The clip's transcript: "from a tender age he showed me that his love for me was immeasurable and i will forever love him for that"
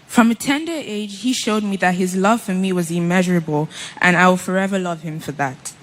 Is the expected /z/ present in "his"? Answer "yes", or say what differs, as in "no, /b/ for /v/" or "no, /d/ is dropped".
yes